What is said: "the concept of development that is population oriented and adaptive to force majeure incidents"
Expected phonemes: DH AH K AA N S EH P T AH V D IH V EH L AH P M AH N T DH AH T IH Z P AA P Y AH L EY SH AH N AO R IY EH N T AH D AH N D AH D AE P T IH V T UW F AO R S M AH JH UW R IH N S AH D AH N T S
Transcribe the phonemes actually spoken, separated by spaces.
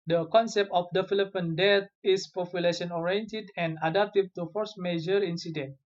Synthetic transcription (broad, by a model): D AH K AA N S EH P T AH F D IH F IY L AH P AH N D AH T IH S P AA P Y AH L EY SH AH N AO R IY EH N T AH D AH N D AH D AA P T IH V T UW F AO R S M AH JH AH R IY N S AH D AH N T